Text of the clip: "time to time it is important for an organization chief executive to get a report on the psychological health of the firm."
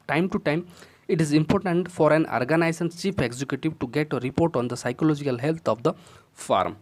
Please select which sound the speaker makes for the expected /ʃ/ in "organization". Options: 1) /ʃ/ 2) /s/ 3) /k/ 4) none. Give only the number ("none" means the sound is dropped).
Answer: 2